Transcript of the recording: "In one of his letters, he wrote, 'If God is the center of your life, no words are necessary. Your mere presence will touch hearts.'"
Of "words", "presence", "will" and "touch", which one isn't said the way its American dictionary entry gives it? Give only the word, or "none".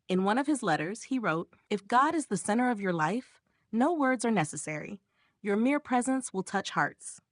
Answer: none